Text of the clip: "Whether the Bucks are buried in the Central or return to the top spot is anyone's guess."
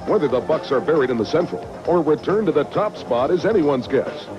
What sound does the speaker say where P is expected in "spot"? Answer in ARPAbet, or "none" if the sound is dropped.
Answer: P